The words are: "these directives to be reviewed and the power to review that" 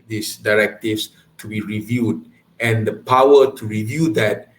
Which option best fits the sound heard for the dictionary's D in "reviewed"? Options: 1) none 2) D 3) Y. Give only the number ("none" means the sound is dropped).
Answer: 2